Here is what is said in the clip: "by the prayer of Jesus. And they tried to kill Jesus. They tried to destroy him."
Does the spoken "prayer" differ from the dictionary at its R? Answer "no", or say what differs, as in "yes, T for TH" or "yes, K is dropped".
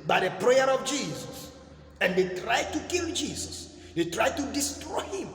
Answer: no